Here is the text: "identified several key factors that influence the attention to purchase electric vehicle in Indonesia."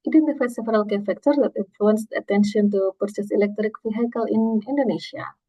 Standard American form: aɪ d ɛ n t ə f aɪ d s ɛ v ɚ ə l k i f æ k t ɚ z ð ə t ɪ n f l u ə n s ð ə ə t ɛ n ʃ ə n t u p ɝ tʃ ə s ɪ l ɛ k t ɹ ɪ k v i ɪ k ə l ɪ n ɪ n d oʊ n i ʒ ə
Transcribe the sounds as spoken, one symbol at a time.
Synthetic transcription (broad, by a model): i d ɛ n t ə f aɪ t s ɛ v ɚ ə l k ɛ f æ k t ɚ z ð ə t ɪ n f l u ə n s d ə ə t ɛ n ʃ ə n t u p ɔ s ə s ɪ l ɛ k t ɹ ɪ k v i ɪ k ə l ɪ n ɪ n d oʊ n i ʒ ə